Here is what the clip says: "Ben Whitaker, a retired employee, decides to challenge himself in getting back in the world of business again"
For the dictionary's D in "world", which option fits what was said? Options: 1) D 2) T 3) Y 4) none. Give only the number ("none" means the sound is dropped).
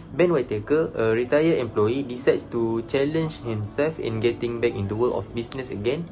4